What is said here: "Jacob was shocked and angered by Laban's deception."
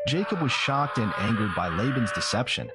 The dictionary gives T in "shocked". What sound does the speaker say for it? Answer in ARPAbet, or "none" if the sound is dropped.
T